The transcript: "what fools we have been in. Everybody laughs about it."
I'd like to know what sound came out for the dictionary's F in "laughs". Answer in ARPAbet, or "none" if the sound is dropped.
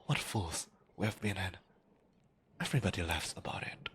F